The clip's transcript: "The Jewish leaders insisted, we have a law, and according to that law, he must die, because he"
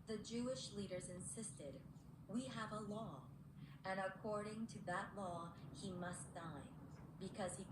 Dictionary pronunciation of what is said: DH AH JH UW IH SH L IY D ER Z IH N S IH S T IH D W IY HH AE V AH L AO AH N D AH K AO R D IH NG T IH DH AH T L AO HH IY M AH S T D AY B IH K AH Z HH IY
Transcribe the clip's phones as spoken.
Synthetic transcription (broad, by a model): DH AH JH UW IH SH L IY D ER Z IH N S IH S T IH D W IY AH V AH L AO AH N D AH K AO R D IH NG T IH DH AH T L AO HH IY M AH S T D AY B IH K AH Z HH IY